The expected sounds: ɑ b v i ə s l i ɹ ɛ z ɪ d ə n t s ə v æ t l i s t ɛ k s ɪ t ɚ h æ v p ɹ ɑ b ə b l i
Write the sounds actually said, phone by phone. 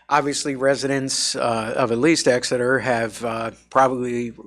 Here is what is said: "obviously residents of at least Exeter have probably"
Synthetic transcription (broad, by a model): ɑ b v i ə s l i ɹ ɛ z ɪ d ə n t s ə v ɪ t l i s t ɛ k s ɪ t ɚ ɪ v p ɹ ɑ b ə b l i